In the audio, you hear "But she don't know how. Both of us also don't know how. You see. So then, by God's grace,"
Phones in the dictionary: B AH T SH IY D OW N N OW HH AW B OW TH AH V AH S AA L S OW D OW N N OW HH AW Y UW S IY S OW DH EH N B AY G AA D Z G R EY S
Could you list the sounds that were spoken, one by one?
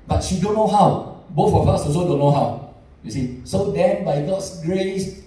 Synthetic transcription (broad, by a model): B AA T SH IY D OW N N OW HH AW B OW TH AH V AH S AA S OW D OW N N OW HH AW Y UW S IY S OW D EH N B AY G AA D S G R EY S